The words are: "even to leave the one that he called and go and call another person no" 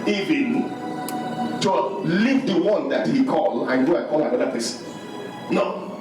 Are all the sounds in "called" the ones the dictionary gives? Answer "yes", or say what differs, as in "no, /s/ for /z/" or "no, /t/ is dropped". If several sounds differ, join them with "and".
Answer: no, /d/ is dropped